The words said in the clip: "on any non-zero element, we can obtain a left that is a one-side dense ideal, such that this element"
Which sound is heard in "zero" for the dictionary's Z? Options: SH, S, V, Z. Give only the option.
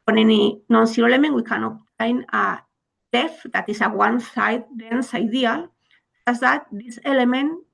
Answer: S